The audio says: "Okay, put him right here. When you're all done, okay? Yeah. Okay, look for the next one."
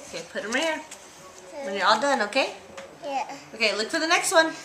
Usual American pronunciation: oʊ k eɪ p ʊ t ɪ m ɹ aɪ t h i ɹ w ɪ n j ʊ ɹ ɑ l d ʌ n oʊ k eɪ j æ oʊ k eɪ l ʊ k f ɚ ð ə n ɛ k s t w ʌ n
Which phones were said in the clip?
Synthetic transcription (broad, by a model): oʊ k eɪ p ʊ t ɪ m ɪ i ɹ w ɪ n j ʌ ɹ ɑ l d ʌ n oʊ k eɪ j æ oʊ k eɪ l ʊ k f ɚ ð ə n ɛ k s t w ʌ n